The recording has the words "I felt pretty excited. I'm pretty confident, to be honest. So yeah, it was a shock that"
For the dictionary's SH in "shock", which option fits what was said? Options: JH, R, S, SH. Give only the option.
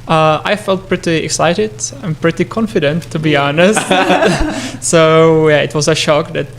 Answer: SH